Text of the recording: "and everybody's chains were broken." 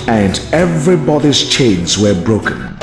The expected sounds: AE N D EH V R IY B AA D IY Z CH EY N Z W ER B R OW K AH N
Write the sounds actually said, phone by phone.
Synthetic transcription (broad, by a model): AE N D EH V R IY B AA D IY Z CH EY N Z W ER B R OW K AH N